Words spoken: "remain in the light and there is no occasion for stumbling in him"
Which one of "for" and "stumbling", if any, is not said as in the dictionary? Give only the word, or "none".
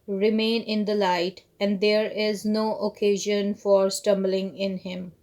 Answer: none